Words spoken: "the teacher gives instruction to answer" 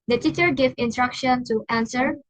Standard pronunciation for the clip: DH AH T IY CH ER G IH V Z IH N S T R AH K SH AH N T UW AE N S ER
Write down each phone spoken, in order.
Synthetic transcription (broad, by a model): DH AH T IY CH ER G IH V IH N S T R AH K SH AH N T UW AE N S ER